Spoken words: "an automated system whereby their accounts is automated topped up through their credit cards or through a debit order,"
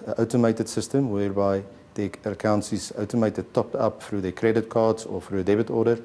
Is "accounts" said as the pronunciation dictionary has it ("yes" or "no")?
no